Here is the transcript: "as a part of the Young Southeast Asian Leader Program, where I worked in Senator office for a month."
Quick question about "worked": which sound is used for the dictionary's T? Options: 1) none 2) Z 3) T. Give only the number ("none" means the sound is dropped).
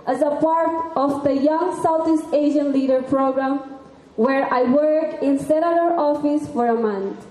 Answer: 1